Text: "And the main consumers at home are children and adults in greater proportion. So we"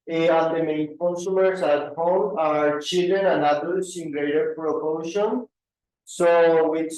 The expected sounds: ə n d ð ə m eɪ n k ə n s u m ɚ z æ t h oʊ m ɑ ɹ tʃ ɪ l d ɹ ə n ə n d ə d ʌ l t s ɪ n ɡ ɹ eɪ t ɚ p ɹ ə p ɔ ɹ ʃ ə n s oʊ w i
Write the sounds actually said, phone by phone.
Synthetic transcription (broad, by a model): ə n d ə m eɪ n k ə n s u m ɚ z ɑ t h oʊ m ɑ ɹ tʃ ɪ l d ə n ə n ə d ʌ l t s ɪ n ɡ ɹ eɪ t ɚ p ɹ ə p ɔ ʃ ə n s oʊ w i